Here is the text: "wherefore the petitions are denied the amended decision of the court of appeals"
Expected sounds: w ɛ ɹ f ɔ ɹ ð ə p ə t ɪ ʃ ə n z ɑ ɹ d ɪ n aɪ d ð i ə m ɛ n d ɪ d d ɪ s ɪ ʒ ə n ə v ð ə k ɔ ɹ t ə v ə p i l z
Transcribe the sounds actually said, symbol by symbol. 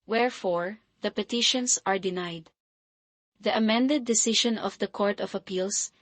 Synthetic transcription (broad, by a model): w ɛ ɹ f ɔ ɹ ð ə p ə t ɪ ʃ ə n s ɑ ɹ d ɪ n aɪ d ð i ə m ɛ n d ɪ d d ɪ s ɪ ʃ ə n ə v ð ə k ɔ ɹ t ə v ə p i l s